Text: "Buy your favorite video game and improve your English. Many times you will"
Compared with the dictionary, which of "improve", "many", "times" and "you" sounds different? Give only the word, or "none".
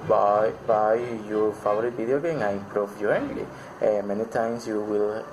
times